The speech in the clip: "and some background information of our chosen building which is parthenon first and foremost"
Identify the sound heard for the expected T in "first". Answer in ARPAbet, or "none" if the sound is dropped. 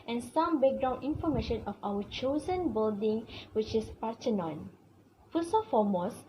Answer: none